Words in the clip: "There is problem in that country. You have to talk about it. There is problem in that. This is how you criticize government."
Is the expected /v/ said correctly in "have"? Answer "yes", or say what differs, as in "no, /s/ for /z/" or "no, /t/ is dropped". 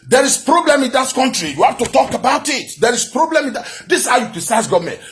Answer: no, /f/ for /v/